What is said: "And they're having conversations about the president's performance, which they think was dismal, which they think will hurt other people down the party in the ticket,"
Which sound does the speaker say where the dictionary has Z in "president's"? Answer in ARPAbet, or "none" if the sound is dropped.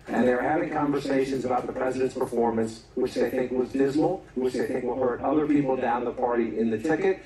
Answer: Z